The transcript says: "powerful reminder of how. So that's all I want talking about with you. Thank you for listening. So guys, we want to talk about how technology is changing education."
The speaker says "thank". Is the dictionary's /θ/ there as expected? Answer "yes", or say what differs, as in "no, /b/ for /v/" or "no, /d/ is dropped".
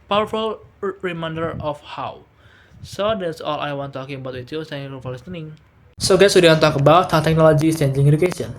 no, /s/ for /θ/